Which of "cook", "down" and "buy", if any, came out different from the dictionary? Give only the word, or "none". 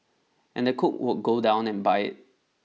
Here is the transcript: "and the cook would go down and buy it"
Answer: none